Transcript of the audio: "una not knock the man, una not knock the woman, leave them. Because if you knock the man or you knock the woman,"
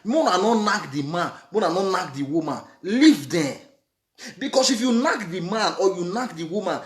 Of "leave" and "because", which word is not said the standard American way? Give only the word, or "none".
because